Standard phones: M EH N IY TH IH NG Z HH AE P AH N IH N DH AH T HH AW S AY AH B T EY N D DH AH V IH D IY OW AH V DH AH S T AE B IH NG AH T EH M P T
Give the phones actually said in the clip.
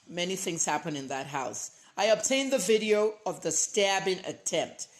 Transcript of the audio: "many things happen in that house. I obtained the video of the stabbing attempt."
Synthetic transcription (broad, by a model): M EH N IY TH IH NG Z HH AE P AH N IH N DH AH T HH AW S AY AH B T EY N DH AH V IH D IY OW AH V DH AH S T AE B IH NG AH T EH M P T